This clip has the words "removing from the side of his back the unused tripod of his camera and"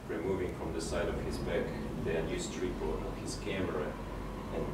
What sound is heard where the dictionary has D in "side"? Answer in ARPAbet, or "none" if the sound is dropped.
D